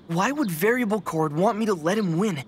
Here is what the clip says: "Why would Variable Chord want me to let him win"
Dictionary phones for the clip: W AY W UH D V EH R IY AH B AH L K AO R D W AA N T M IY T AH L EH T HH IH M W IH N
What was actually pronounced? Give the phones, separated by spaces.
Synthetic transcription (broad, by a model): W AY W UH D V EH R IY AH B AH L K AO R D W AA N M IY T AH L EH T HH IH M W IH N